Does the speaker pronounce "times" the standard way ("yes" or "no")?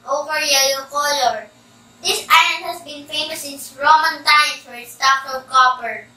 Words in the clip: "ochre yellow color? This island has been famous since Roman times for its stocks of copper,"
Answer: no